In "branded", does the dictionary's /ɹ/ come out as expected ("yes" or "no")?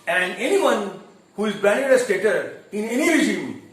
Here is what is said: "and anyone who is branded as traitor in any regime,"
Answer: no